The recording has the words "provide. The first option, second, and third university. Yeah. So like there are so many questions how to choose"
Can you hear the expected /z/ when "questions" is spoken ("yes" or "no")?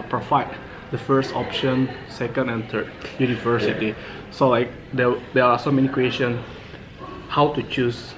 no